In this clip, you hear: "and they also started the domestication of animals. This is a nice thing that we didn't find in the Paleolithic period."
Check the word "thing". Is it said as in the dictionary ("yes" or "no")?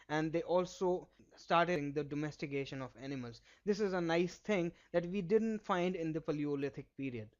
no